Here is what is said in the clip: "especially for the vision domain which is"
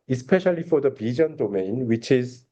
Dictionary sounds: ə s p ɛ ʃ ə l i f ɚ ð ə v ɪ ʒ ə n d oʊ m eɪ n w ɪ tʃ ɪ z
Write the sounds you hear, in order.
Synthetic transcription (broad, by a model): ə s p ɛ ʃ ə l i f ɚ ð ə b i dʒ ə n d oʊ m eɪ n w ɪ tʃ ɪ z